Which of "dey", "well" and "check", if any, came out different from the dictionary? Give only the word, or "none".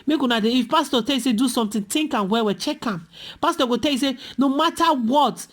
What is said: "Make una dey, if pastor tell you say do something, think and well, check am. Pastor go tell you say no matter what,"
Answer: well